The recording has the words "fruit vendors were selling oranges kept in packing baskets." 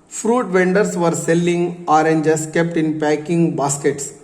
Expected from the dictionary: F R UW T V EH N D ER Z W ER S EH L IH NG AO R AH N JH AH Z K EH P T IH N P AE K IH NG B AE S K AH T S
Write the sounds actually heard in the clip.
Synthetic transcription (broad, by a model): F R UW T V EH N D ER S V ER S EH L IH NG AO R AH N JH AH S K EH P T IH N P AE K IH NG B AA S K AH T S